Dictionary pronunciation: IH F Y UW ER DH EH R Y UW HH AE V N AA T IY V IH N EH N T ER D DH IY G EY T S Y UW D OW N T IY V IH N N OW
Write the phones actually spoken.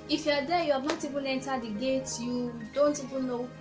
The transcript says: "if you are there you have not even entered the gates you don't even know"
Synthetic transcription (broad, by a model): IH F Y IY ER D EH Y UW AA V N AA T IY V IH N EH N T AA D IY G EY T Y UW D OW N T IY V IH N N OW